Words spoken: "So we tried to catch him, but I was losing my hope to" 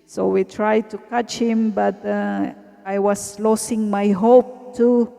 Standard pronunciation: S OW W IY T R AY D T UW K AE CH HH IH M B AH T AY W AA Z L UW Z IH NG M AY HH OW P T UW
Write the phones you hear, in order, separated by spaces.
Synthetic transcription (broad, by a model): S OW W IY T R AY D T UW K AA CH HH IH M B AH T AY W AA S L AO S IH NG M AY HH OW P T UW